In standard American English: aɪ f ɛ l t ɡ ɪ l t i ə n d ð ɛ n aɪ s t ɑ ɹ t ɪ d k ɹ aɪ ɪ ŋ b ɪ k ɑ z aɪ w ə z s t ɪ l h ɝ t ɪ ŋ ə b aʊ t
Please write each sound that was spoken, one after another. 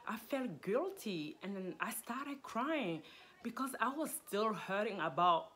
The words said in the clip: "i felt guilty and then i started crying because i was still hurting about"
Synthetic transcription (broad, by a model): aɪ f ɛ l t ɡ ɪ l t i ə n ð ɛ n aɪ s t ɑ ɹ t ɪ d k ɹ aɪ ɪ ŋ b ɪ k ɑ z aɪ w ə z s t ɪ l h ɝ t ɪ ŋ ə b aʊ t